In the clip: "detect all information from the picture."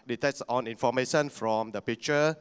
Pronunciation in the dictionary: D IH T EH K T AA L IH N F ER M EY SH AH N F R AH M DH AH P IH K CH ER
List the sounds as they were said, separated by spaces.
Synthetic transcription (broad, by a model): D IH T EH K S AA N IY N F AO M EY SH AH N F R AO M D AH P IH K CH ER